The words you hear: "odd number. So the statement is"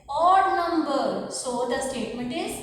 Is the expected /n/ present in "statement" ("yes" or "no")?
yes